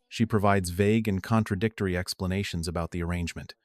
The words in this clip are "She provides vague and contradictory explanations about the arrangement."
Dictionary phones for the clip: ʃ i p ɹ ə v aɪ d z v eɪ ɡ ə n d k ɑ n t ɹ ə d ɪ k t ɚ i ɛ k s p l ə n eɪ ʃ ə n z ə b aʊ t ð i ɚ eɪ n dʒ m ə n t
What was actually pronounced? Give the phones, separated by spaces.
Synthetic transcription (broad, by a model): ʃ i p ɹ ə v aɪ d z v eɪ ɡ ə n k ɑ n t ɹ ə d ɪ k t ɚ i ɛ k s p l ə n eɪ ʃ ə n z ə b aʊ t ð i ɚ eɪ n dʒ m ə n t